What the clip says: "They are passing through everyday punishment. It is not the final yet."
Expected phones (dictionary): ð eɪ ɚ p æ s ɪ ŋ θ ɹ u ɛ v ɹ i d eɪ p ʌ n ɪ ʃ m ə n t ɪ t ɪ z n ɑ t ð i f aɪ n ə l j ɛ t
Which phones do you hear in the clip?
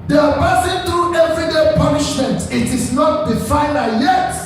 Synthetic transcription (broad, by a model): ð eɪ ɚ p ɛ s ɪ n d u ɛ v ɹ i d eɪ p ʌ n ɪ ʃ m ə n t ɪ t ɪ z n ɑ t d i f aɪ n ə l j ɛ t